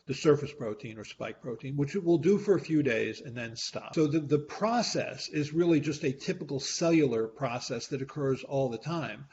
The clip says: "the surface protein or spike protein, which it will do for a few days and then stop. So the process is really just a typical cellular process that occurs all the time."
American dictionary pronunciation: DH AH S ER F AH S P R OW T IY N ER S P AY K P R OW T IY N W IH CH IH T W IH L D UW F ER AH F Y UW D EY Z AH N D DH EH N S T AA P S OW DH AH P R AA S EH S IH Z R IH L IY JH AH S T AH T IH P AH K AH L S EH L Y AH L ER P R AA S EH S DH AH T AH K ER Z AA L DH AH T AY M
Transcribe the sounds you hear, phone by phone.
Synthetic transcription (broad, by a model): DH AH S ER F AH S P R OW T IY N ER S P AY K P R OW T IY N W IH CH IH T W IH L D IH F ER AH F Y UW D EY Z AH N DH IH N S T AA P S OW DH AH P R AA S EH S IH Z R IH L IY JH AH S T AH T IH P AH K L S EH L Y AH L ER P R AA S EH S DH AH T AH K ER Z AA L DH AH T AY M